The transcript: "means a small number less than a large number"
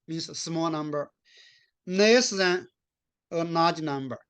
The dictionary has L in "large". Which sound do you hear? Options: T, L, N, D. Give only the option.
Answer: N